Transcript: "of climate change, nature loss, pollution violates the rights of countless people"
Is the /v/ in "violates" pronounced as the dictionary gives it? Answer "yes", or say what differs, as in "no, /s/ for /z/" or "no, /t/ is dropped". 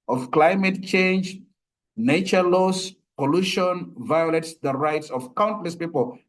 yes